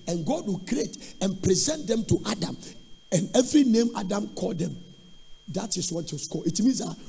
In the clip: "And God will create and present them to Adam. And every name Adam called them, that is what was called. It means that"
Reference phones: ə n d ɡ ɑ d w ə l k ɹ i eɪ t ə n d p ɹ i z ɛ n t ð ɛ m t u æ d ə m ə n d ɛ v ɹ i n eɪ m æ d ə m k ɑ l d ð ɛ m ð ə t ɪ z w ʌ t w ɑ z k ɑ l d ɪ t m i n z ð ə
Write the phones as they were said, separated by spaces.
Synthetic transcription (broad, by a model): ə n ɡ ɑ d w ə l k ɹ i eɪ t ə n p ɹ i z ɛ n t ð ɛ m t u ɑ d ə m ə n ɛ v ɹ i n eɪ m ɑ d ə m k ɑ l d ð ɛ m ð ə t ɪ s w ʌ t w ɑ s k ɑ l ɪ t m i n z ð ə